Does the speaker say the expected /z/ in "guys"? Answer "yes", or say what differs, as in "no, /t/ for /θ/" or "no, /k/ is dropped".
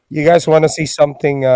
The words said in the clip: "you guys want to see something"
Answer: yes